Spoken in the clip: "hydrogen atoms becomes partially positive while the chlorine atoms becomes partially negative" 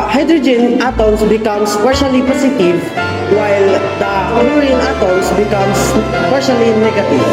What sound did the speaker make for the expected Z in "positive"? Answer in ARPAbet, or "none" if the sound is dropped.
S